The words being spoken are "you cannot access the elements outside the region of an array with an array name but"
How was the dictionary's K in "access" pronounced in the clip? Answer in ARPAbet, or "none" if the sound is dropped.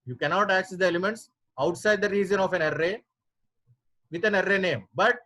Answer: K